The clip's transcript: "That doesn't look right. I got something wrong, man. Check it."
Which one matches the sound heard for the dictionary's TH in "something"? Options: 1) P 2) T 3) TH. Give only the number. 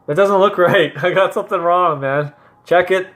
3